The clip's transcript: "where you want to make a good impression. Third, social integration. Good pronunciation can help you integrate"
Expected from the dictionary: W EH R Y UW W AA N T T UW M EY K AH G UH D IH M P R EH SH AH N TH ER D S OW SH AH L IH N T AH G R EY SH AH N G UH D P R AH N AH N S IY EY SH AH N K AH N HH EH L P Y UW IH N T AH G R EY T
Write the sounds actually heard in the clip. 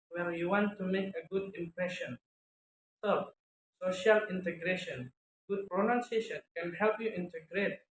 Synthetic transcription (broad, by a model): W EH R Y UW W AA N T T UW M EY K AH G UH D IH M P R EH SH AH N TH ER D S OW SH AH L IH N T AH G R EY SH AH N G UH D P R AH N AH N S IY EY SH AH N K AH N HH EH L P Y UW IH N T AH G R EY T